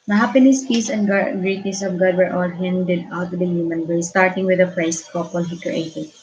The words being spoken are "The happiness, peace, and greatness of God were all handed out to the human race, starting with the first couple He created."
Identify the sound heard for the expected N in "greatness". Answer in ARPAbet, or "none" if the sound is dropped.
none